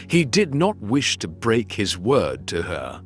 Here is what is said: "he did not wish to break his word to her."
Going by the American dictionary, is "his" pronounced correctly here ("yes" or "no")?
yes